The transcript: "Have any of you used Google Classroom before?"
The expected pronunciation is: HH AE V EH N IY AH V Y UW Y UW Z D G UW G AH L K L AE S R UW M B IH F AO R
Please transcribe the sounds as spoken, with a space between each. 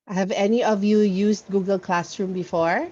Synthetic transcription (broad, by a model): HH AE V EH N IY AH V Y UW Y UW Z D G UW G AH L K L AE S R UW M B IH F AO R